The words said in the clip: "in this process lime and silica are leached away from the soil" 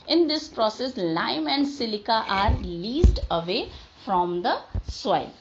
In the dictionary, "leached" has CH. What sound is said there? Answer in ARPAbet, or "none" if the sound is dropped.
S